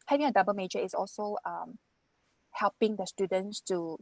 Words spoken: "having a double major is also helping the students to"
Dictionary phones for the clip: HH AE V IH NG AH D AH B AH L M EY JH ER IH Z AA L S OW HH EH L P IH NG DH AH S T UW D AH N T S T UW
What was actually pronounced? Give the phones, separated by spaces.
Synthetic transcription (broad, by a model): HH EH V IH NG AH D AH B AH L M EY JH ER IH S AA L S OW HH EH L P IH NG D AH S T UW D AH N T S T UW